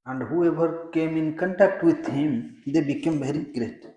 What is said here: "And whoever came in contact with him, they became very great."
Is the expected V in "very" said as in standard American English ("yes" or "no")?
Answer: no